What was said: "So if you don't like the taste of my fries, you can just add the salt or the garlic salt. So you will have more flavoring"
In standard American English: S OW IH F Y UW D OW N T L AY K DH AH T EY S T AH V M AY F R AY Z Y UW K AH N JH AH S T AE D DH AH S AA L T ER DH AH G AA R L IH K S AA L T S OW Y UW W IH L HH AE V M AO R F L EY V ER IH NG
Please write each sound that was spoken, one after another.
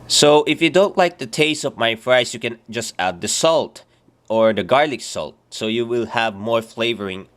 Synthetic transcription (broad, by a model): S OW IH F Y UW D OW N T L AY K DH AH T EY S T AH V M AY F R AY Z Y UW K AH N JH AH S T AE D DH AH S AA L T ER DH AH G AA R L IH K S AA L T S OW Y UW W IH L HH AE V M AO R F L EY V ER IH NG